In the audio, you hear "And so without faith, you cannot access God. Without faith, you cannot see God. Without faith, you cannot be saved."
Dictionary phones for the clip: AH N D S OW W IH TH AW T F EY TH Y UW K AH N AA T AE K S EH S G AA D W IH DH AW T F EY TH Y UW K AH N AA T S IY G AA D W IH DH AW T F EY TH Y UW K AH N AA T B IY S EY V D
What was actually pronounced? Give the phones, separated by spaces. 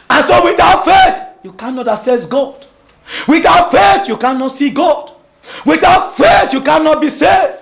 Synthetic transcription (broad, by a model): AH N S OW W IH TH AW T F EY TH Y UW K AH N AA T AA S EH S G AA D W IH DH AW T F EY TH Y UW K AH N AA T S IY G AA D W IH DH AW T F EY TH Y UW K AH N AA T B IY S EY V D